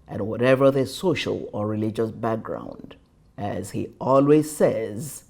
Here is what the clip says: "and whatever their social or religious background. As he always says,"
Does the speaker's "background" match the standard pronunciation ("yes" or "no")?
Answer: yes